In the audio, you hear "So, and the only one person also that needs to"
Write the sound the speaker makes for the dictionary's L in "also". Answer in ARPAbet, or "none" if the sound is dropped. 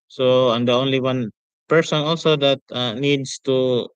L